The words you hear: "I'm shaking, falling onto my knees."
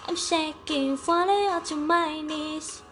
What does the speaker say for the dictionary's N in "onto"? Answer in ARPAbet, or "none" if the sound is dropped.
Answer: none